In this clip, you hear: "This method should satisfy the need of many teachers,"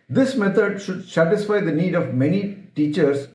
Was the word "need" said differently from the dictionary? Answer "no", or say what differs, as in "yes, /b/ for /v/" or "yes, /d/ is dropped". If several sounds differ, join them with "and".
no